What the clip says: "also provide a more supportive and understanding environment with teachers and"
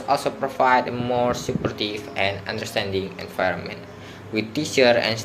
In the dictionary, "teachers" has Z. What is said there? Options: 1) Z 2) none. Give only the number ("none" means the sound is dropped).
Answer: 2